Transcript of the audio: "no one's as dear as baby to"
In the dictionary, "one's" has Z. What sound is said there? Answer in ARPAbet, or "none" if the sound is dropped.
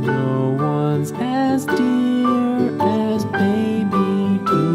Z